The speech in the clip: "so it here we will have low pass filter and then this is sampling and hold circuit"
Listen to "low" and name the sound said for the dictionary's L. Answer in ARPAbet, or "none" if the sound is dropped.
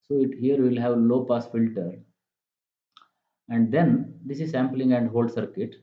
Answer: L